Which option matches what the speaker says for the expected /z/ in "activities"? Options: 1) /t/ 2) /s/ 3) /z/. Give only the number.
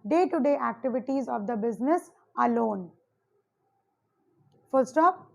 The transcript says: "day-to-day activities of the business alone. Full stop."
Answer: 3